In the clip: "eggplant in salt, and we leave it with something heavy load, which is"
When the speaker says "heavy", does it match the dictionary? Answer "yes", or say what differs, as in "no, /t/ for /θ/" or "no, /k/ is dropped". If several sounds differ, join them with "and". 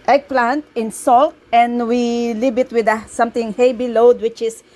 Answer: no, /b/ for /v/